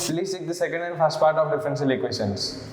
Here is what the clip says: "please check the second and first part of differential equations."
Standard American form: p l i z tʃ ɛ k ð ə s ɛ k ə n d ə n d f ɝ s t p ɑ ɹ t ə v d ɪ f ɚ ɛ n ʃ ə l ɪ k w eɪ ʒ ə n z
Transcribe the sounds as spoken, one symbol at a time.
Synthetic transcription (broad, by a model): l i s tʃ ɛ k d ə s ɛ k ə n d ə n d f ɝ s t p ɑ ɹ t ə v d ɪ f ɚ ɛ n s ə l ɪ k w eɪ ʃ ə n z